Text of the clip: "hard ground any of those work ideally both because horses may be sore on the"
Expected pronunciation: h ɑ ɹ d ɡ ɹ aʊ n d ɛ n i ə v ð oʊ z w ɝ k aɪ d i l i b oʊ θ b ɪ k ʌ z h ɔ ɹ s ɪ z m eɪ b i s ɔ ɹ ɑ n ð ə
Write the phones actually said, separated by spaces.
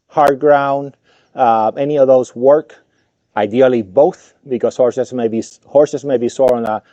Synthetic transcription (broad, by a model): h ɑ ɹ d ɡ ɹ aʊ n d ɛ n i ə v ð oʊ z w ɝ k aɪ d i l i b oʊ θ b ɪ k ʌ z h ɔ ɹ s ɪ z m eɪ b i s ɔ ɹ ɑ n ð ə